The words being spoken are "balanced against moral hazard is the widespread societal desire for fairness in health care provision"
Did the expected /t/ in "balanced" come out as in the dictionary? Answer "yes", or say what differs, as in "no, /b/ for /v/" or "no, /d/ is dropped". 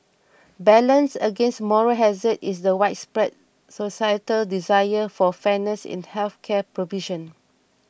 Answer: no, /t/ is dropped